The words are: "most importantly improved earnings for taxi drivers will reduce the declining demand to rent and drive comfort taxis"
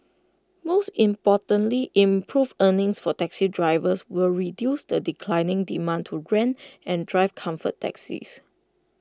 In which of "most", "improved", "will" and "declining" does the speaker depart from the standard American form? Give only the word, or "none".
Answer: improved